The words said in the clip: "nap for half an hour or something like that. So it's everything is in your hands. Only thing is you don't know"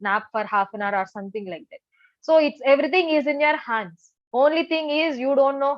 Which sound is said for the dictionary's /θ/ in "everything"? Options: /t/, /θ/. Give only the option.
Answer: /t/